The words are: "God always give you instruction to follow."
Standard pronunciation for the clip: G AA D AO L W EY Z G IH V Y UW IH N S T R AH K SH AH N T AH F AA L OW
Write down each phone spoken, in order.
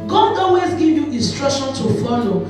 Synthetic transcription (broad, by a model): G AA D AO W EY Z G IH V Y UW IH N S T R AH K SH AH N T AH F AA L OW